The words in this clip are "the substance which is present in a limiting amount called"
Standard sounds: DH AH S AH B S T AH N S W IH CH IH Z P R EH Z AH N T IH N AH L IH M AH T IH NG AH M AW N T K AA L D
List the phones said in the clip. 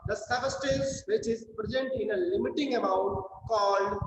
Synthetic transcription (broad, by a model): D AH S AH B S T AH S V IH CH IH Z P R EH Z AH N T IH N AH L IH M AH T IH NG AH M AW N T K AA L D